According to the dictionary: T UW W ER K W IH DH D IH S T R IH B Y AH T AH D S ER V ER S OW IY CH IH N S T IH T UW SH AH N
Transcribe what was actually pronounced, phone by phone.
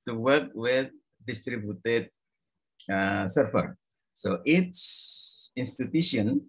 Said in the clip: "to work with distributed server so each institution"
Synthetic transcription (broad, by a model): T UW W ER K W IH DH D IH S T R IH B Y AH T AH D S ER F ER S OW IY S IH N S T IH T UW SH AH N